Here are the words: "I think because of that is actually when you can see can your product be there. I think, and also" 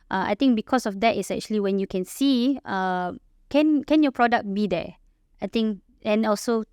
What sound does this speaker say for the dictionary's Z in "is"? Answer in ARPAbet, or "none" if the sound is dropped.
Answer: S